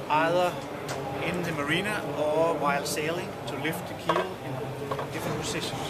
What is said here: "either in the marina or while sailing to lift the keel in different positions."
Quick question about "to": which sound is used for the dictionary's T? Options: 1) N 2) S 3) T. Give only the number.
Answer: 2